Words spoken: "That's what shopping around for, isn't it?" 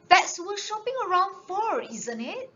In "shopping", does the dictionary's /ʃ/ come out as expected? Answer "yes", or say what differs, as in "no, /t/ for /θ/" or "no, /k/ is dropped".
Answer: yes